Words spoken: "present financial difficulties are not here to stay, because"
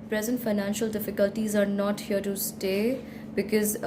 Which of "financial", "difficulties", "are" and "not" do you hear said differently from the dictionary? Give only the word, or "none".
none